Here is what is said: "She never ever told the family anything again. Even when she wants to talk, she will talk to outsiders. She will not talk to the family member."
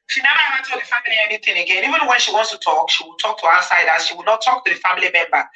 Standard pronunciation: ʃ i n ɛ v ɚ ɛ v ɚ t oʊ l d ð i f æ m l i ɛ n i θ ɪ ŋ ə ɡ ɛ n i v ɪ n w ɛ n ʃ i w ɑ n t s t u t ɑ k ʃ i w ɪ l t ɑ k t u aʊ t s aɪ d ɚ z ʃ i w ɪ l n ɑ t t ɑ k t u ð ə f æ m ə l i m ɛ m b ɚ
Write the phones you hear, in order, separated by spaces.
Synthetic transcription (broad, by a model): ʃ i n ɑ ɑ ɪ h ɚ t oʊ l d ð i f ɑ m l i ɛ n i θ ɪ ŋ ə ɡ ɛ n i v ɪ n w ɛ n ʃ i w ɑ n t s t u t ɑ k ʃ i w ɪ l t ɑ k t u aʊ s aɪ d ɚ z ʃ i w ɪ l n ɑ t t ɑ k t u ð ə f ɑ m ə l i m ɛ m b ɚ